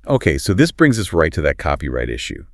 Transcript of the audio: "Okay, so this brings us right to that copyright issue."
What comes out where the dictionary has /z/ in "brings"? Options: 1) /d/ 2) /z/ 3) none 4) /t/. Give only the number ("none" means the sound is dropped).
2